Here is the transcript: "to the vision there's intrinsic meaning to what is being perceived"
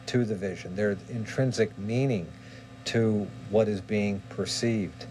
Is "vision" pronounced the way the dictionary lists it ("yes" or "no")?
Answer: yes